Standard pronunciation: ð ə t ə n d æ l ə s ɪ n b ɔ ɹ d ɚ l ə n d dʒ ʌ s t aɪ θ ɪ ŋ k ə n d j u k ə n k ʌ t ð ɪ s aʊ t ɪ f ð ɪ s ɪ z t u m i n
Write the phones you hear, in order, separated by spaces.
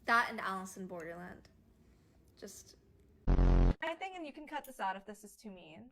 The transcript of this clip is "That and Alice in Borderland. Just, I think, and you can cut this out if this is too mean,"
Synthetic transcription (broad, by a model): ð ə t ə n æ l ə s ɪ n b ɔ ɹ d ɚ l ə n d dʒ ʌ s t aɪ θ ɪ ŋ k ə n j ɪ k n k ʌ t ð ɪ s aʊ t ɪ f ð ɪ s ɪ z t u m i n